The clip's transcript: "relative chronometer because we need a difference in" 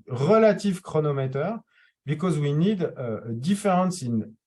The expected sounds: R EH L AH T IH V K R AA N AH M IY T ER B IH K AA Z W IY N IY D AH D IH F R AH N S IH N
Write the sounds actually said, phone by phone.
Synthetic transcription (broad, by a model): R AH L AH T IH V K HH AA N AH M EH T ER B IH K AA Z W IY N IY D AH D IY F R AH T S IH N